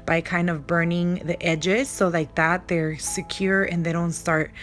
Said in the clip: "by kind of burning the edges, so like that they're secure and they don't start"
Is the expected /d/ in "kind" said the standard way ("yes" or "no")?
yes